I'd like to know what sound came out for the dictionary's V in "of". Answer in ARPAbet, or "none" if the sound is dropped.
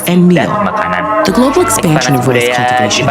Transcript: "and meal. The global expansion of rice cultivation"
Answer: V